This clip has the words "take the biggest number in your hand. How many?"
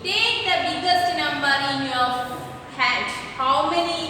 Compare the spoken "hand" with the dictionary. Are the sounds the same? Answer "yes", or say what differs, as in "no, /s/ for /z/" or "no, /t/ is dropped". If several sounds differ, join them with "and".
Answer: no, /n/ is dropped